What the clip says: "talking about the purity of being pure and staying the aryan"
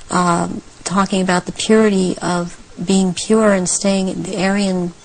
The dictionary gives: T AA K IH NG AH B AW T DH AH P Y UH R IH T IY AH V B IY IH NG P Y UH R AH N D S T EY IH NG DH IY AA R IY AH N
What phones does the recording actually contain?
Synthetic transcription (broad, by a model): T AA K IH NG AH B AW T DH AH P Y UH R IH T IY AH V B IY IH NG P Y UH R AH N S T EY IH NG DH IY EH R IY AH N